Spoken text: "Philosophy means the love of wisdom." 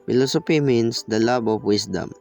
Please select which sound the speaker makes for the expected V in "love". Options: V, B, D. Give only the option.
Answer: B